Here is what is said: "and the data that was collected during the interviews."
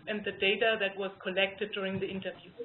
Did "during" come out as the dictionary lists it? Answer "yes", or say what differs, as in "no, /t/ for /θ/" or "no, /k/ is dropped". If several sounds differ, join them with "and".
yes